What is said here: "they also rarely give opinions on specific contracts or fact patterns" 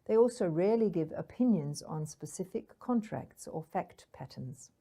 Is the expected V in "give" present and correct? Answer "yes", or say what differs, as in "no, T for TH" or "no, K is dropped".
yes